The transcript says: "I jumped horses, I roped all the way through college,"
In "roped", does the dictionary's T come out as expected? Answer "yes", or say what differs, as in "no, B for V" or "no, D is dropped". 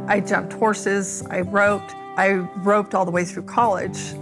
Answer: yes